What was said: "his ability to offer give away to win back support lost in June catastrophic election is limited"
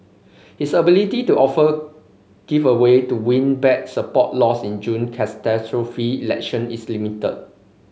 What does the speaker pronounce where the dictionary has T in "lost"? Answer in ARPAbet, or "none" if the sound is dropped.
none